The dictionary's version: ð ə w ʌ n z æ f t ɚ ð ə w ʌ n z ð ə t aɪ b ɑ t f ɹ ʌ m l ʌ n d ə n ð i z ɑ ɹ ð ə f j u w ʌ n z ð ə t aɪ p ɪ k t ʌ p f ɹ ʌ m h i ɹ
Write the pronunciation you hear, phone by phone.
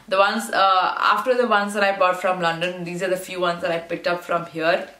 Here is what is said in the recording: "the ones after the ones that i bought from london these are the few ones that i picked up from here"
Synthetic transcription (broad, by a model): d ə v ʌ n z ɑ f t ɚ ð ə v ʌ n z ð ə t aɪ b ɑ t f ɹ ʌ m l ʌ n d ə n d i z ɑ ɹ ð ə f j u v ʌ n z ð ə t aɪ p ɪ k t ʌ p f ɹ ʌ m h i ɹ